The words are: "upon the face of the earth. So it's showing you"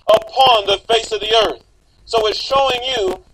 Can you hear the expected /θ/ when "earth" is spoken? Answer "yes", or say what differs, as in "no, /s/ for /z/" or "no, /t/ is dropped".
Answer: yes